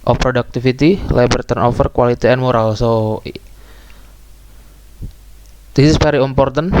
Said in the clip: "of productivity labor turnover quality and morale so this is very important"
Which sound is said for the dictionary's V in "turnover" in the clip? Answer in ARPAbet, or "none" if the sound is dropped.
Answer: F